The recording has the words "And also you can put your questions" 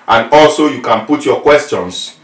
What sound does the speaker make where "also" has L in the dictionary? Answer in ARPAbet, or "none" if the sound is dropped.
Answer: L